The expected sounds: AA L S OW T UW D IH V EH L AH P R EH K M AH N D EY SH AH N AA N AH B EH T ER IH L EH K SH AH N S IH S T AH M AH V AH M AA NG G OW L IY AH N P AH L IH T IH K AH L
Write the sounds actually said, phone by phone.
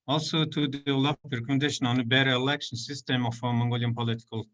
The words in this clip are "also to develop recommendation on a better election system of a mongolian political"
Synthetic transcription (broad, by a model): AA L S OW T UW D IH L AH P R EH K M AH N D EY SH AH N AA N AH B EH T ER IH L EH K SH AH N S IH S T AH M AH F AH M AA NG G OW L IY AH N P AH L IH T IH K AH L